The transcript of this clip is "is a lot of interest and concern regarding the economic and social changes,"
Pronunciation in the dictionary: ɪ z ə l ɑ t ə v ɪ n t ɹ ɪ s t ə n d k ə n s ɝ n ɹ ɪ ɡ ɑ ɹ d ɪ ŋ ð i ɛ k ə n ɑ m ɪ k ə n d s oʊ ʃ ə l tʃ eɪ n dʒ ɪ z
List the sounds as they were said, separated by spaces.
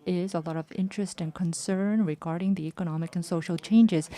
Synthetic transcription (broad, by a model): ɪ z ə l ɑ t ə v ɪ n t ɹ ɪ s t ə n k ə n s ɝ n ɹ ɪ ɡ ɑ ɹ d ɪ ŋ ð i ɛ k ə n ɑ m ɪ k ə n s oʊ ʃ l tʃ eɪ n dʒ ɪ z